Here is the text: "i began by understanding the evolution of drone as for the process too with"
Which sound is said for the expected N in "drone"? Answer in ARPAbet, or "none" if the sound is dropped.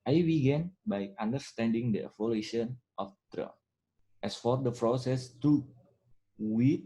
none